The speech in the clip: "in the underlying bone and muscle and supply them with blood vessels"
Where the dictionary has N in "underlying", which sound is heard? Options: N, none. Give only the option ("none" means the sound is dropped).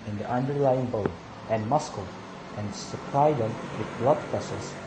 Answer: N